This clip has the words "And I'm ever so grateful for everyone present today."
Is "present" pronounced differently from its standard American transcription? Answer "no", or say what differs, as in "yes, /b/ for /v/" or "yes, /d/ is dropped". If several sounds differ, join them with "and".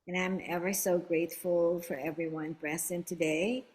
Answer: yes, /b/ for /p/ and /s/ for /z/